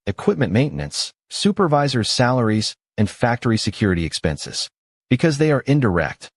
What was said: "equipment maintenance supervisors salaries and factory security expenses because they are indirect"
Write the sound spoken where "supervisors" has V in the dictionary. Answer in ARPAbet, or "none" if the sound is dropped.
V